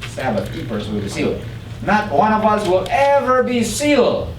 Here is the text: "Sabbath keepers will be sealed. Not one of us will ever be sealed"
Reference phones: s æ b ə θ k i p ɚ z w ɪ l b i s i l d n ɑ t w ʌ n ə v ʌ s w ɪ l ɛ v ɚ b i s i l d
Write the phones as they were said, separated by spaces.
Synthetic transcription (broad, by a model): s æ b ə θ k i p ɚ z w ɪ l b i s i l d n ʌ t w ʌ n ə v ʌ s w ɪ l ɛ v ɚ b i s i l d